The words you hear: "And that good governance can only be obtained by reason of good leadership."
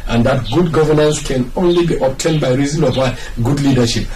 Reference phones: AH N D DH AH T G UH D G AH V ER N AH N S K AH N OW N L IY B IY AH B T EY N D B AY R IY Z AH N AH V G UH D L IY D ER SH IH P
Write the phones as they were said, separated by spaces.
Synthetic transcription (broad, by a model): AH N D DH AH T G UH D G AH V ER N AH N S K AH N OW N L IY B IY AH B T EY N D B AY R IY Z AH N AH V G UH D L IY D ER SH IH P